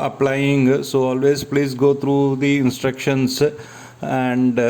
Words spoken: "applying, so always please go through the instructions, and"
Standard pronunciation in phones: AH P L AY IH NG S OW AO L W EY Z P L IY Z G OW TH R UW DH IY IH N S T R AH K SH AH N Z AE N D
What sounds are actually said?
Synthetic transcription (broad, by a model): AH P L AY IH NG S OW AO L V EY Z P L IY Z G OW T R UW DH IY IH N S T R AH K SH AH N S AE N D